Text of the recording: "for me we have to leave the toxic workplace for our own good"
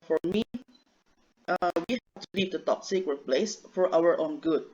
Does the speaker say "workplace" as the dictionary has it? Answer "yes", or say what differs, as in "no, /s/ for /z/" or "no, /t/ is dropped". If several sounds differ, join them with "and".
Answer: no, /k/ is dropped